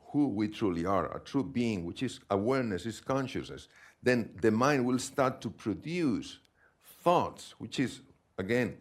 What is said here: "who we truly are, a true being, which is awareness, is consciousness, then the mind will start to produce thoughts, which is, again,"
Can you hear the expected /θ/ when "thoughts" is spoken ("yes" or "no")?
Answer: yes